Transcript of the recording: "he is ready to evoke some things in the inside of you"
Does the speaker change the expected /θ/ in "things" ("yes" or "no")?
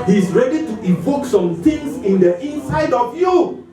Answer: yes